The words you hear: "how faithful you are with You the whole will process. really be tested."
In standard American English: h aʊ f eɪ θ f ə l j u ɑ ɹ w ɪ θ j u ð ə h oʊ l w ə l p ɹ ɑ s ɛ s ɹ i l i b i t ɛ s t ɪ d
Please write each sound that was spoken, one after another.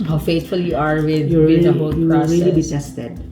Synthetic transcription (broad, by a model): h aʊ f eɪ t f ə l j u ɑ ɹ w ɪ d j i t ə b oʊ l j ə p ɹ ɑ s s ɹ i l i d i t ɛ s t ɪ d